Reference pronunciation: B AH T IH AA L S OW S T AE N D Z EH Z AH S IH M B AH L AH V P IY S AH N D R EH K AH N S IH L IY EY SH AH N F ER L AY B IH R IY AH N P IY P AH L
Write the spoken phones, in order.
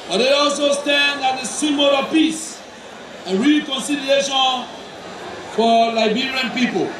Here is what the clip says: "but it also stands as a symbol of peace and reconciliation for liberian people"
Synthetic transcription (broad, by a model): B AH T IH AA L S OW S T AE N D AA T AH S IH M AH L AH P IY S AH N R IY K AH N S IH L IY EY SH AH N F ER L AY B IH R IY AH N P IY P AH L